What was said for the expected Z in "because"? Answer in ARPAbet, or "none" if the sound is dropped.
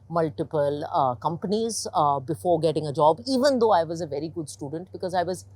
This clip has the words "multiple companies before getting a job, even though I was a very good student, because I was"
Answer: Z